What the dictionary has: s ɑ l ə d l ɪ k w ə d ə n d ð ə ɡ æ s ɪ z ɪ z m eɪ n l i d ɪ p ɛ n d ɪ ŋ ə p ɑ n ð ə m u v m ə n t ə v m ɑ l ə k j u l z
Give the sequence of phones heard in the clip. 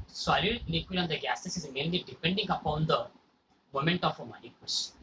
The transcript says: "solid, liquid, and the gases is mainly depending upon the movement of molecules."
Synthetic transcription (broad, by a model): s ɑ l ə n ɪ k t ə ə n d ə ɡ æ s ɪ s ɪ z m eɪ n l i d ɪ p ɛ n d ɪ ŋ ə p ɑ n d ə m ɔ m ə n t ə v m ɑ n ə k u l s